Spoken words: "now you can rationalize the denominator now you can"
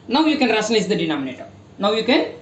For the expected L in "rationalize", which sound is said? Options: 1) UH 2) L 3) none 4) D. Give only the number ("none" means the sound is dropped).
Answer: 3